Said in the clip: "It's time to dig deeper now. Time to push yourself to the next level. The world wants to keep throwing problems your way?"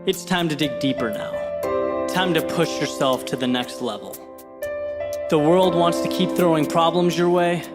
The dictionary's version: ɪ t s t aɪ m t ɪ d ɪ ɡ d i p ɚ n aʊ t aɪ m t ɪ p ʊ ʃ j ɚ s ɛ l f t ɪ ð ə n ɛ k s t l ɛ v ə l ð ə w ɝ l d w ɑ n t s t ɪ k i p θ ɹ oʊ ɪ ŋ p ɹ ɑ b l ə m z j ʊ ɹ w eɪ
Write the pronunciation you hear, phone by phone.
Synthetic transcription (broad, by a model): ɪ t s t aɪ m t ɪ d ɪ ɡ d i p ɚ n aʊ t aɪ m t ɪ p ʊ ʃ j ɚ s ɛ l f t ɪ ð ə n ɛ k s t l ɛ v l ð ə w ɝ l d w ɑ n t s t ɪ k i p θ ɹ oʊ ɪ ŋ p ɹ ɑ b l ə m z j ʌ ɹ w eɪ